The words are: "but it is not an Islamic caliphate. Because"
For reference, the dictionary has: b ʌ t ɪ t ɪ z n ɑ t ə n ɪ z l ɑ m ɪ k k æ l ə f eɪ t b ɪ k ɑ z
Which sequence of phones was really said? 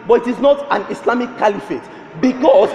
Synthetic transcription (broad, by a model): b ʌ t ɪ t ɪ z n ɑ t ə n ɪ s l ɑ m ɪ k k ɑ l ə f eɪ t b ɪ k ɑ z